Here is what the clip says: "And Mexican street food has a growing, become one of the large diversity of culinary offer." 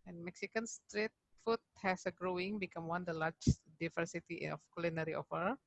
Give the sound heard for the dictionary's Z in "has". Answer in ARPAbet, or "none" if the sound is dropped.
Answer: S